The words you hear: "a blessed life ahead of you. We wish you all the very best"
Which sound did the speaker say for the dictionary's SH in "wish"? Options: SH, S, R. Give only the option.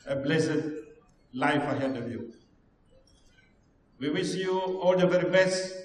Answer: S